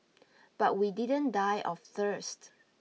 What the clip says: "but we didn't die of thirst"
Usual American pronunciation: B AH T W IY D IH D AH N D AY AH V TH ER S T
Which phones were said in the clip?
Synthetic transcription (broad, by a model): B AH T W IY D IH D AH N D AY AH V TH ER S T